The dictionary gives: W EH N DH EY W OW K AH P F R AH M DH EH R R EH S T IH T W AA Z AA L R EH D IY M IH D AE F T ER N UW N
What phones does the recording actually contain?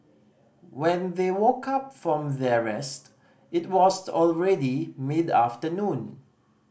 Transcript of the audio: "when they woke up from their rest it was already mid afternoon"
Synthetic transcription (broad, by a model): W EH N DH EY W OW K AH P F R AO M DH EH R R EH S T IH T W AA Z AA L R EH D IY M IH D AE F T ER N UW N